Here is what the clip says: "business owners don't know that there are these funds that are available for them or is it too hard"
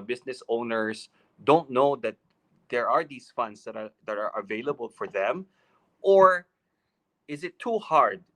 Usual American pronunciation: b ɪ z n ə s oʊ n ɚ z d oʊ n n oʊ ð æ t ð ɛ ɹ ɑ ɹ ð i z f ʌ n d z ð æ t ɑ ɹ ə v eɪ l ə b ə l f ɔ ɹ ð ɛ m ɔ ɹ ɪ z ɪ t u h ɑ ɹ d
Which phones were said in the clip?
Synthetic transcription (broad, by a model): b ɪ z n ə s oʊ n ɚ s d oʊ n n oʊ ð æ t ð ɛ ɹ ɑ ɹ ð i s f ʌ n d s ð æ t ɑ ɹ ə v eɪ l ə b ə l f ɔ ɹ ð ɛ m ɔ ɹ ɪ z ɪ t u h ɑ ɹ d